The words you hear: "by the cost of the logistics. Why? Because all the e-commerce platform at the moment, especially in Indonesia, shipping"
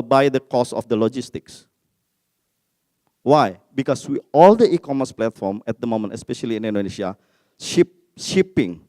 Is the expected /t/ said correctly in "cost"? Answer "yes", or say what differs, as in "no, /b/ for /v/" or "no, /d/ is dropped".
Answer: no, /t/ is dropped